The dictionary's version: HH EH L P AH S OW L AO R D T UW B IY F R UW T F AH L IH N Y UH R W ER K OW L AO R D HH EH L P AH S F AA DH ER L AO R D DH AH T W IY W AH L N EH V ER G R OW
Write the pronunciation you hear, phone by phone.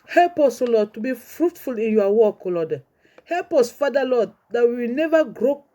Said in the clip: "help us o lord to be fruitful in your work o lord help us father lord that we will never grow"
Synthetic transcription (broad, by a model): HH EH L P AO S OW L AO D T UW B IY F R UW T F AH L IH N Y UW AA W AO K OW L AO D HH EH L P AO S F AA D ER L AO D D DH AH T W IY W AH N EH V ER G R OW